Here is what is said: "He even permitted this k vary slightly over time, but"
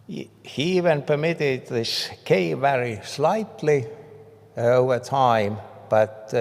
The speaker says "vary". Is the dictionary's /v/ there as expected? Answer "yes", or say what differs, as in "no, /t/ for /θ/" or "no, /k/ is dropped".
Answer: yes